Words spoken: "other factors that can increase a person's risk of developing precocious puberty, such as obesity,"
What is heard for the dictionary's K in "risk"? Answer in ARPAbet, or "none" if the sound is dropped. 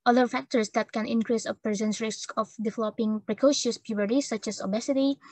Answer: K